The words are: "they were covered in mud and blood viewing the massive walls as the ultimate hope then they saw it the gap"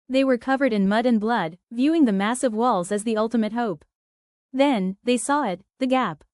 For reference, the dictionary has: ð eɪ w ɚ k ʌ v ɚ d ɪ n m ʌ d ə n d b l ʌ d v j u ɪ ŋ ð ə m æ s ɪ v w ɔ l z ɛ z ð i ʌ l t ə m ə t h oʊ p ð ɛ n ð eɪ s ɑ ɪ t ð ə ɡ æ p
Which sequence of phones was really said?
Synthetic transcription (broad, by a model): ð eɪ w ɚ k ʌ v ɚ d ɪ n m ʌ d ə n b l ʌ d v j u ɪ ŋ ð ə m æ s ɪ v w ɔ l z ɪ z ð i ʌ l t ə m ə t h oʊ p ð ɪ n ð eɪ s ɑ ɪ t ð ə ɡ æ p